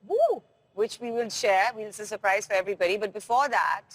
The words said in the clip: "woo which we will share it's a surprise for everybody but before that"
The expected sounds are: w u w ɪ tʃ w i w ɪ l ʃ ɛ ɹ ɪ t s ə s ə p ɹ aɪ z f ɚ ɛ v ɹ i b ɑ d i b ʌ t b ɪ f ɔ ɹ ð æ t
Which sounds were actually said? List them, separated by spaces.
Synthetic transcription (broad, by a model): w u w ɪ tʃ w i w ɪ l ʃ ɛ w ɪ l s ə s ə p ɹ aɪ z f ɚ ɛ v ɹ i b ɑ d i b ʌ t b ɪ f ɔ ɹ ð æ t